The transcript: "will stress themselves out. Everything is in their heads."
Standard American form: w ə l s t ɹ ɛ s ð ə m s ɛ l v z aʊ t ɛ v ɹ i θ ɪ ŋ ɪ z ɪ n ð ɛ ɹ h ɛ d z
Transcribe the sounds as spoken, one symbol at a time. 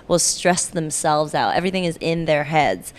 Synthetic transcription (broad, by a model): w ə l s t ɹ ɛ s ð ə m s ɛ l v z aʊ t ɛ v ɹ i θ ɪ ŋ ɪ z ɪ n ð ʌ ɹ h ɛ d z